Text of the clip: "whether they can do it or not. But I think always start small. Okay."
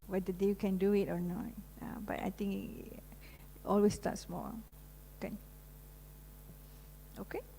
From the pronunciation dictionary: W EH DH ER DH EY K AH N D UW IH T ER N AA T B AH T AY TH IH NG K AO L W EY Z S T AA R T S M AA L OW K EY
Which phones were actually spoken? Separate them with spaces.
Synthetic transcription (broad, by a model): W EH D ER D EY K AH N D UW IH T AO N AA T B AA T AY T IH NG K AO L W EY S T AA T S M AA N OW K EY